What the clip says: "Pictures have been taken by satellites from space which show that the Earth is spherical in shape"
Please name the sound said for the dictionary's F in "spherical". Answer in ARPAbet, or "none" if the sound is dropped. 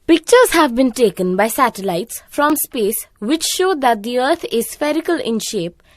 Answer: F